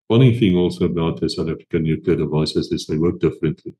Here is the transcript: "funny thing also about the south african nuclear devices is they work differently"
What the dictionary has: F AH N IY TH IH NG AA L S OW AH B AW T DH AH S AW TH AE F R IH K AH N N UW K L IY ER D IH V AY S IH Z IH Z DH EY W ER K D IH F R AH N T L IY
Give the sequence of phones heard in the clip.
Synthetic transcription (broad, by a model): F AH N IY TH IH NG AA L S OW AH B AW T DH AH S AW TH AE F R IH K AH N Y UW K IY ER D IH V AY S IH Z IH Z DH EY W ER K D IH F R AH N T L IY